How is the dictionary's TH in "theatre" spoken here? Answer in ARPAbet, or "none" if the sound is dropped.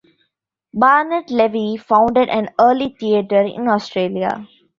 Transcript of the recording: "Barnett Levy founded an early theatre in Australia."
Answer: T